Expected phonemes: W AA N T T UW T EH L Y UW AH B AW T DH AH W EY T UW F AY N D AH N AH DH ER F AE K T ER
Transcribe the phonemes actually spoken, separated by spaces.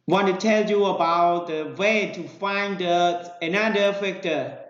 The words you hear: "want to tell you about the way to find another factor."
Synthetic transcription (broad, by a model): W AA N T T UW T EH L Y UW AH B AW T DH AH W EY T UW F AY N D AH N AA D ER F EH K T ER